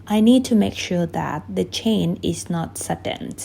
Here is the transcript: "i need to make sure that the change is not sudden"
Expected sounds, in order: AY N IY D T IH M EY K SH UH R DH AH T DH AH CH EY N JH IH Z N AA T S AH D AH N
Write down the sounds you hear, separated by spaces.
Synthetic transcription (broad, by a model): AY N IY D T IH M EY K SH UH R DH AH T DH AH CH EY N IH Z N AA T S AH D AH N